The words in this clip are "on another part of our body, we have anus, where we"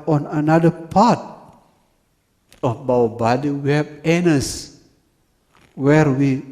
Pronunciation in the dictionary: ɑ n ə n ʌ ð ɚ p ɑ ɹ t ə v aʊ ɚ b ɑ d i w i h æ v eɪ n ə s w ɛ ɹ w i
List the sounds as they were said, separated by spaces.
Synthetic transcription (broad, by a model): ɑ n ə n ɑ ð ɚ p ɑ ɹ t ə b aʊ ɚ b ɑ d i w i h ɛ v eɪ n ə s w ɛ ɹ w i